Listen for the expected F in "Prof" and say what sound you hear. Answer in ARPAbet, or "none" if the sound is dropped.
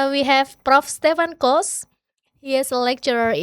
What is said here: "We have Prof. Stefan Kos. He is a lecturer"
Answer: F